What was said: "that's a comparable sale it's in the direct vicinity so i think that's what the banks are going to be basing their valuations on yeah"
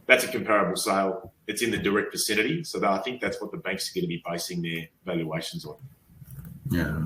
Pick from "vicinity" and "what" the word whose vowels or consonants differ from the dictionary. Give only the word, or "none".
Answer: vicinity